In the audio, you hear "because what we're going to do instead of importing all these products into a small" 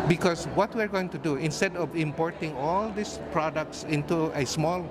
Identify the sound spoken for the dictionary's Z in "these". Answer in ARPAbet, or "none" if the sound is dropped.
S